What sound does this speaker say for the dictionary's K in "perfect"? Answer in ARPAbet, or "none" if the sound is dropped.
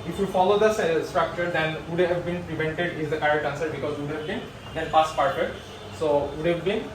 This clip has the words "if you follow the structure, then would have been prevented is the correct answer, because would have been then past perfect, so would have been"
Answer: none